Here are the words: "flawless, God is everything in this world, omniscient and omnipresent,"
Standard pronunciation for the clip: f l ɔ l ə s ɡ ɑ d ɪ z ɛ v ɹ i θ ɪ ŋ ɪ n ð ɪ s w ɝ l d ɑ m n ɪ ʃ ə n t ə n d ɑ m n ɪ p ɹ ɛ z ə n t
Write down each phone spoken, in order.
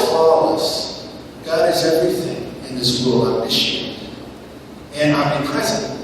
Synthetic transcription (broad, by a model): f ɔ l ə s ɡ ɑ d ɪ z ɛ v ɹ i θ ɪ ŋ ɪ n ð ɪ s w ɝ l ɑ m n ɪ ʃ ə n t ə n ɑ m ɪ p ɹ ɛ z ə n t